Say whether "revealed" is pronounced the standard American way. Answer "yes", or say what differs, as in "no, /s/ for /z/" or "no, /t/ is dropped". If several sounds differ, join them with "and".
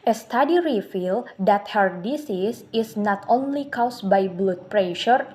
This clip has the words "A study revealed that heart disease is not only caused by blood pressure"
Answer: no, /f/ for /v/